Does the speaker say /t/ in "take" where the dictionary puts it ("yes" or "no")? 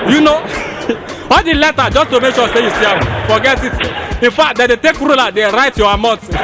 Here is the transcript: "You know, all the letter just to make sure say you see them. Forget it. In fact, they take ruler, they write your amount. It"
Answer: yes